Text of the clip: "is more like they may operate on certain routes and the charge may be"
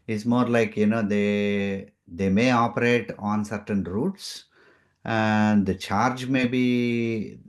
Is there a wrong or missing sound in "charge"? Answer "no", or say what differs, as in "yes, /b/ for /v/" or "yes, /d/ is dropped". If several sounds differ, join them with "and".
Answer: no